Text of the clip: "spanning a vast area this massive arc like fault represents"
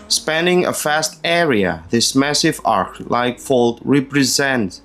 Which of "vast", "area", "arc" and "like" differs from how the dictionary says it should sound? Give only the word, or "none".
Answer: vast